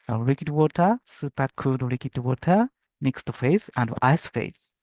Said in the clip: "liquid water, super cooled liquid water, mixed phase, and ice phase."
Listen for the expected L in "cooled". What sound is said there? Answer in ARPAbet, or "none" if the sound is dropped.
none